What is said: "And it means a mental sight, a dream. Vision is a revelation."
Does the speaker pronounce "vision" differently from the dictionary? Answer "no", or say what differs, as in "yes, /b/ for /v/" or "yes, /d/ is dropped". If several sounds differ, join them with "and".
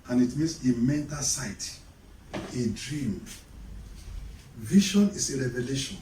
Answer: yes, /ʃ/ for /ʒ/